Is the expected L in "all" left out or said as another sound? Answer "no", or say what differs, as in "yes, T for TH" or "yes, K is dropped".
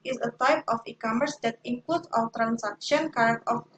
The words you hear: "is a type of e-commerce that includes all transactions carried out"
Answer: yes, W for L